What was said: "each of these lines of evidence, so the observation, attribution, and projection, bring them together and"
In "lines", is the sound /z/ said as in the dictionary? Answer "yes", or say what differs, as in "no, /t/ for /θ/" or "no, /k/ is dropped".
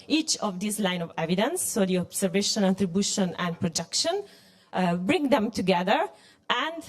no, /z/ is dropped